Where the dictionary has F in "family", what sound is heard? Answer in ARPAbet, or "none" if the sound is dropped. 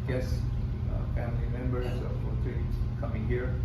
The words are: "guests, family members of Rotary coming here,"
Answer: F